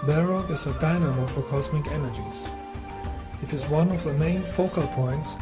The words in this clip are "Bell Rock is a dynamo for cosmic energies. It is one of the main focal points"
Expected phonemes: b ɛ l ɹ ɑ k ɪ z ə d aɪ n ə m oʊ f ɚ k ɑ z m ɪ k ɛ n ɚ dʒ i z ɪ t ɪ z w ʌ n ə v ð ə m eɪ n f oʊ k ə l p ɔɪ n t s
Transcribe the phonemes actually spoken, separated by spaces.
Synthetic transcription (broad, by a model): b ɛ ɹ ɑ ɪ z ə d aɪ n ə m oʊ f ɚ k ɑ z m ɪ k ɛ n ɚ dʒ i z ɪ t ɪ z w ʌ n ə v ð ə m eɪ n f oʊ k ə l p ɔɪ n t s